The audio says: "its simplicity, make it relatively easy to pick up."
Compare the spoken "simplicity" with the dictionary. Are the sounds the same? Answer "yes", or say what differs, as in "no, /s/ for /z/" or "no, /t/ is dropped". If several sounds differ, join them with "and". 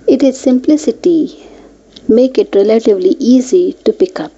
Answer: yes